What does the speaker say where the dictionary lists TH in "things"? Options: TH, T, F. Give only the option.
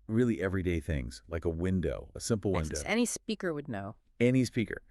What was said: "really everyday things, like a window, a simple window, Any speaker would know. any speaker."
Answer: TH